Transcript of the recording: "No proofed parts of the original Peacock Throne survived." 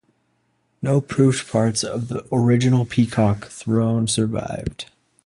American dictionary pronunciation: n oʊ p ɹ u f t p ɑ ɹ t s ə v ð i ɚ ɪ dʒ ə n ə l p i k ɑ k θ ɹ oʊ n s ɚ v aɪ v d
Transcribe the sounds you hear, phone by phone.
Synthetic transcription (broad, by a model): n oʊ p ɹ u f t p ɑ ɹ t s ə v ð i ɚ ɪ dʒ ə n l p i k ɑ k θ ɹ oʊ n s ɚ v aɪ v d